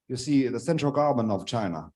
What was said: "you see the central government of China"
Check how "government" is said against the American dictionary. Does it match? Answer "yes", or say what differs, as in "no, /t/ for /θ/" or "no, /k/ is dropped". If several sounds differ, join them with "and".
no, /t/ is dropped